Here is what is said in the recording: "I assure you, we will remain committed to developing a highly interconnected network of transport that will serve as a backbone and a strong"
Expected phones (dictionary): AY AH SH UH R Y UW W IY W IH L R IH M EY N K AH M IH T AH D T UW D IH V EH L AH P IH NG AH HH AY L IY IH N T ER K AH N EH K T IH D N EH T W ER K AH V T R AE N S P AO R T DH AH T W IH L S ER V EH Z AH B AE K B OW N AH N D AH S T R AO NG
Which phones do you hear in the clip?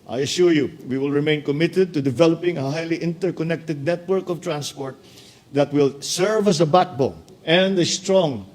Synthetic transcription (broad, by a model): AY AH SH UH R Y UW W IY W IH L R IH M EY N K AH M IH T AH D T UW D IH V EH L AH P IH NG AH HH AY L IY IH N T ER K AH N EH K T IH D N EH T W ER K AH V T R AE N S P AO R T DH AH T W IH L S ER V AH S AH B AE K B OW AH N D AH S T R AO NG